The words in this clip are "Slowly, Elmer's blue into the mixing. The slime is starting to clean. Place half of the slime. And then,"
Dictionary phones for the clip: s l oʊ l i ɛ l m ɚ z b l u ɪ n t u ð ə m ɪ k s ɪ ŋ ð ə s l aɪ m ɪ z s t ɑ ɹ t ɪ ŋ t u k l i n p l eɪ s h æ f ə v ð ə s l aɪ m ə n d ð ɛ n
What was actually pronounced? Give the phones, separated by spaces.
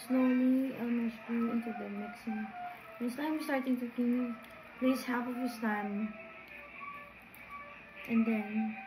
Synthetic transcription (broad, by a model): s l oʊ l i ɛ m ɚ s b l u ɪ n t u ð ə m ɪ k s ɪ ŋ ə s l aɪ m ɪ s t ɑ ɹ t ɪ ŋ t u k i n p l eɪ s h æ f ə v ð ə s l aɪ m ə n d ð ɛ n